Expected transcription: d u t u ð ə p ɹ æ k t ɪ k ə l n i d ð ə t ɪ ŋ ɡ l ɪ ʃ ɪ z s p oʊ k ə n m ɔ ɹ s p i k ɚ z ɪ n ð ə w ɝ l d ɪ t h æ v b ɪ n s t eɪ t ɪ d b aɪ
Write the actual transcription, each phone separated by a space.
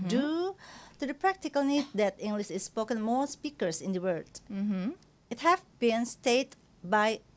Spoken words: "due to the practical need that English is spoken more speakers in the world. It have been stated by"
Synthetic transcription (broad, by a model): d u t u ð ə p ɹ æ k t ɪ k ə l n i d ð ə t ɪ ŋ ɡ l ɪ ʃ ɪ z s p oʊ k ə n m ɔ ɹ s p i k ɚ s ɪ n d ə w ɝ d ɪ t h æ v b ɪ n s t eɪ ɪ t b aɪ